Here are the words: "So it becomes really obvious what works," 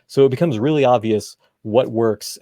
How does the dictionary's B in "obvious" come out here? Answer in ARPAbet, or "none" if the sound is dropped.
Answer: B